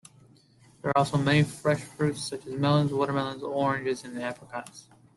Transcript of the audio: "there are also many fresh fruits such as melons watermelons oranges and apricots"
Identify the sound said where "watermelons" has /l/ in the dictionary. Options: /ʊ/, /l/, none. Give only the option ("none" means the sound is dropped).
/l/